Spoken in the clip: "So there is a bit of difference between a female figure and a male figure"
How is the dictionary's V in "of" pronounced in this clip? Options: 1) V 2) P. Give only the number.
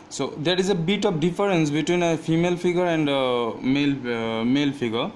2